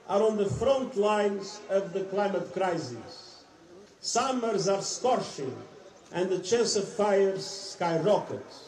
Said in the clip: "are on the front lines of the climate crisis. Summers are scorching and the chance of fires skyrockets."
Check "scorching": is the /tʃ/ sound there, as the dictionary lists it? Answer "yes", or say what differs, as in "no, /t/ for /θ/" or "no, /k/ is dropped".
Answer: no, /ʃ/ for /tʃ/